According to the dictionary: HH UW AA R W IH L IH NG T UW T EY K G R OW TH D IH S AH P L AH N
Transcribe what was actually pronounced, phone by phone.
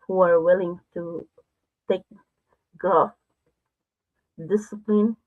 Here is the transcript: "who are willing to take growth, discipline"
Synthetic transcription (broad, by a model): HH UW AA R W IH L IH NG T UW T EY K G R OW F D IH S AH P L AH N